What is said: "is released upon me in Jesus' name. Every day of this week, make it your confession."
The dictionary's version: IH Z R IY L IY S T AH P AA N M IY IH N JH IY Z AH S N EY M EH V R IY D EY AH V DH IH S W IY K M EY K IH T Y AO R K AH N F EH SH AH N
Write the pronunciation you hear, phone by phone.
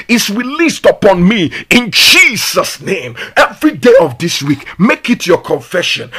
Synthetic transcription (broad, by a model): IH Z R IY L IY S T AH P AA N M IY IH N JH IY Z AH S N EY M EH V R IY D EY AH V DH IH S W IY K M EY K IH T Y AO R K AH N F EH SH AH N